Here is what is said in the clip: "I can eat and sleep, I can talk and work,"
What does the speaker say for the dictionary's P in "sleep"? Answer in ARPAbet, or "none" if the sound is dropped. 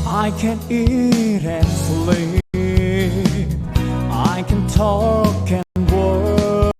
none